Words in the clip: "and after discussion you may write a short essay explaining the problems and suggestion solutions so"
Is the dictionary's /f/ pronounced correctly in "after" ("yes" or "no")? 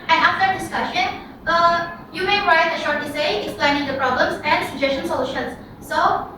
no